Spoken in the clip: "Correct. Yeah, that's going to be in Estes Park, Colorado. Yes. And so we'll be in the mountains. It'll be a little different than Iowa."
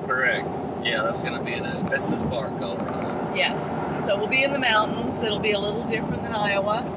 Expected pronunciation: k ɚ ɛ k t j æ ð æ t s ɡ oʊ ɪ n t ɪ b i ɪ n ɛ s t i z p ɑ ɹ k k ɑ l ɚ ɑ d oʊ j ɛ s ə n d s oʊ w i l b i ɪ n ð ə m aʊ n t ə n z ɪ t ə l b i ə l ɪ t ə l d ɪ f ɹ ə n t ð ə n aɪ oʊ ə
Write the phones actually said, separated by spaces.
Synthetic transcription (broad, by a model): k ɚ ɛ k t j æ ð æ t s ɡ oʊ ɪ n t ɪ b i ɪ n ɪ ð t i s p ɑ ɹ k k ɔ ʊ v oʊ j ɛ s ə n s oʊ w i l b i ɪ n ð ə m aʊ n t n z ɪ t l b i ə l ɪ t l d ɪ f ɹ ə n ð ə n aɪ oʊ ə